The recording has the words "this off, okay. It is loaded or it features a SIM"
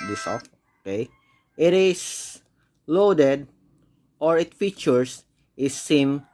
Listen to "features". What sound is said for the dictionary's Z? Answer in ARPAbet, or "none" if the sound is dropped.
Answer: S